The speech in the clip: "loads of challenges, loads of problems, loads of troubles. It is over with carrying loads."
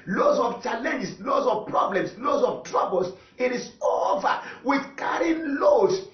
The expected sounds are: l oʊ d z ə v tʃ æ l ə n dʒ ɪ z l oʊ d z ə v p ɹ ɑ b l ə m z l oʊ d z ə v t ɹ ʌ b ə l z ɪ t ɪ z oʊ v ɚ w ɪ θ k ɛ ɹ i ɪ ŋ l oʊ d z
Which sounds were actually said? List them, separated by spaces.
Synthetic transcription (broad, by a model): l oʊ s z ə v tʃ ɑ l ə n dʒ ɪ s l oʊ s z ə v p ɹ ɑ b l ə m s l oʊ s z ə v t ɹ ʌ b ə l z ɪ t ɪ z oʊ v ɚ w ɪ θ k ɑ ɹ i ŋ l oʊ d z